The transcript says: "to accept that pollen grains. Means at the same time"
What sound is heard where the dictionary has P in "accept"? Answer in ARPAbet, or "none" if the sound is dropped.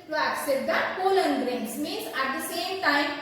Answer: none